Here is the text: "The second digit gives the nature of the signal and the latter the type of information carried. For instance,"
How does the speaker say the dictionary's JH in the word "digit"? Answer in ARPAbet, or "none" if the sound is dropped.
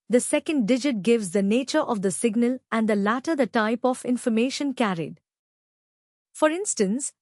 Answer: JH